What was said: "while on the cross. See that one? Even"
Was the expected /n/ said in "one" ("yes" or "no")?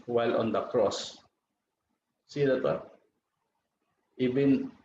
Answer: no